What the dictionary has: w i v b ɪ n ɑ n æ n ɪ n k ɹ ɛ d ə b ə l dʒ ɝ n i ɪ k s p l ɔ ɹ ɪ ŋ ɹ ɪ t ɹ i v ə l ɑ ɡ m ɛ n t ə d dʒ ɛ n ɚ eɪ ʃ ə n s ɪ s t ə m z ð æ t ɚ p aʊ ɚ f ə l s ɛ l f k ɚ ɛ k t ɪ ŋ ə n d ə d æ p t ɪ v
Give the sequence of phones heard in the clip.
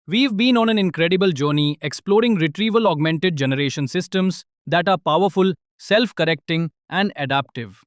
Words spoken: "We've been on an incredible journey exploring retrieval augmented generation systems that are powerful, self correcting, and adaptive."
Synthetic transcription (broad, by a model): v i v b ɪ n ɑ n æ n ɪ n k ɹ ɛ d ə b ə l dʒ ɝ n i ɪ k s p l ɔ ɹ ɪ ŋ ɹ ɪ t ɹ i v ə l ɑ ɡ m ɛ n t ə d dʒ ɛ n ɚ eɪ ʃ ə n s ɪ s t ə m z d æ t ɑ p aʊ ɚ f ə l s ɛ l f k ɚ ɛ k t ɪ ŋ ə n d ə d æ p t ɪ v